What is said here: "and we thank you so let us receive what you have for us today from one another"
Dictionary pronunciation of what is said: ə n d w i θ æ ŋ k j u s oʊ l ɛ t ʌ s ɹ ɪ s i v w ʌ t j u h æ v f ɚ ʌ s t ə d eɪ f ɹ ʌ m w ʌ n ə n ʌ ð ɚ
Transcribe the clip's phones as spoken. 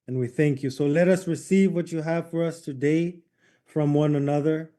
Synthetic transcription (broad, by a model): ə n w i θ æ ŋ k j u s oʊ l ɛ t ʌ s ɹ ɪ s i v w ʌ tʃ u h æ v f ɚ ʌ s t ə d eɪ f ɹ ʌ m w ʌ n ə n ʌ ð ɚ